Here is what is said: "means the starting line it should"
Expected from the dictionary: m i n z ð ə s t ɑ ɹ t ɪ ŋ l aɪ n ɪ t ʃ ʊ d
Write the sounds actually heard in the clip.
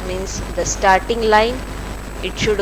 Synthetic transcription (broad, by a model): m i n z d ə s t ɑ ɹ t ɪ ŋ l aɪ n ɪ t ʃ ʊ d